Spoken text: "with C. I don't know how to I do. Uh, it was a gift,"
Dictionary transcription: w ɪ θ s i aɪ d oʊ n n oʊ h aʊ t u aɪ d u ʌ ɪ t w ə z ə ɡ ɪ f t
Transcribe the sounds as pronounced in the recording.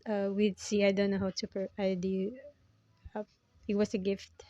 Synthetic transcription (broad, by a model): w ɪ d s i aɪ d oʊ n n oʊ h aʊ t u aɪ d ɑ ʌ ɪ t w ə s ə ɡ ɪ f t